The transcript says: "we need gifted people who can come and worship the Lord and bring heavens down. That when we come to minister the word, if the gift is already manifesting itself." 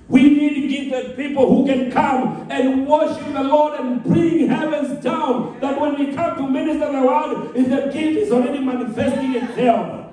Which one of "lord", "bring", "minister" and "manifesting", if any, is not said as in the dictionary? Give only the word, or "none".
none